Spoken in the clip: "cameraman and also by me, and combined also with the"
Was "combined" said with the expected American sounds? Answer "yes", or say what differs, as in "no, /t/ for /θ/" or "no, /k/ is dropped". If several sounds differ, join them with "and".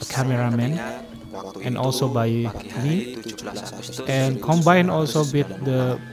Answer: no, /d/ is dropped